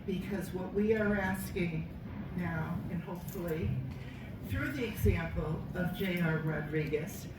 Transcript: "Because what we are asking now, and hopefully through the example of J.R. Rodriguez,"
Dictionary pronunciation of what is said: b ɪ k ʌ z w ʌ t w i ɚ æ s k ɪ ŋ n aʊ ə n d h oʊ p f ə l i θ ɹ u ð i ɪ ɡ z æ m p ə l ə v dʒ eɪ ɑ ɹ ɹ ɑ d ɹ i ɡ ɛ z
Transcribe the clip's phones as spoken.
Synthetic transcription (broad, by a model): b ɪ k ʌ z w ʌ t w i ɚ æ s k ɪ ŋ n aʊ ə n h oʊ p f l i θ ɹ u ð i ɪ ɡ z æ m p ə l ə v dʒ eɪ ɑ ɹ ɹ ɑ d ɹ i ɡ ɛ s